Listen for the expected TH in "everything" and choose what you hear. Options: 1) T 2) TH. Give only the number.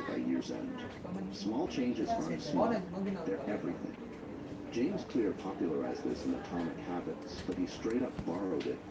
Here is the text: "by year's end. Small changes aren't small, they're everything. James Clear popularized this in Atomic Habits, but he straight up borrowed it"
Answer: 2